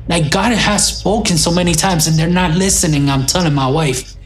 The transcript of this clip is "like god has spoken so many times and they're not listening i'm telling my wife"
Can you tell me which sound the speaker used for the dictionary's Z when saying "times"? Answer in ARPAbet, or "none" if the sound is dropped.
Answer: Z